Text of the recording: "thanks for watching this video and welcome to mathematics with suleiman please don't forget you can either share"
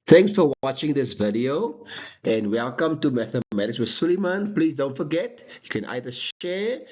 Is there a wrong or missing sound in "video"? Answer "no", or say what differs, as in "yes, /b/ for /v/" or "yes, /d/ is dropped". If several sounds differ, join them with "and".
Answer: no